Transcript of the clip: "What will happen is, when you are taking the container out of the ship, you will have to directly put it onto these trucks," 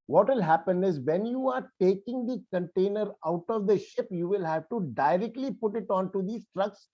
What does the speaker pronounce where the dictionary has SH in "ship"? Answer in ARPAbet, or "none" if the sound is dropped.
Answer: SH